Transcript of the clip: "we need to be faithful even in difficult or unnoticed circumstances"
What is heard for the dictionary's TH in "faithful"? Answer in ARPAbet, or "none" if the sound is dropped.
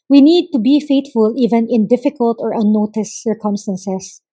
T